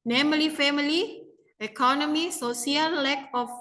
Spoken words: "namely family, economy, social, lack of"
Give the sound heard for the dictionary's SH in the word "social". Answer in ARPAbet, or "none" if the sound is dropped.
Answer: S